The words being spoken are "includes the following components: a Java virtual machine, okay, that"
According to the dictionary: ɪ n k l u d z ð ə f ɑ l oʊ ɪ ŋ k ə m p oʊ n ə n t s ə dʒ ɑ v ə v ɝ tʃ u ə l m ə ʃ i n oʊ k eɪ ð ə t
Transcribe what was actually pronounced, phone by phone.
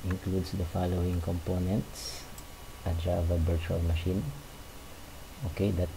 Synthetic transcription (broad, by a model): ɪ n k l u d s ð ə f ɑ l oʊ ɪ ŋ k ə m p oʊ n ə n t s ə dʒ ɑ v ə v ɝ tʃ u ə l m ə ʃ i n oʊ k eɪ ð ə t